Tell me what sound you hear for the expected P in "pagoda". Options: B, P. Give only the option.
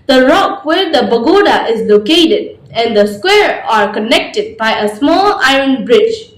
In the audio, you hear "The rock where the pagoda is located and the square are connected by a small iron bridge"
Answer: B